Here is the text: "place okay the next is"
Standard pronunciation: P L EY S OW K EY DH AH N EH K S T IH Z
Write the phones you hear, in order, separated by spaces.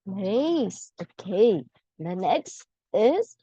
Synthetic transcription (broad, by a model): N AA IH S OW K EY DH AH N EH K S T IH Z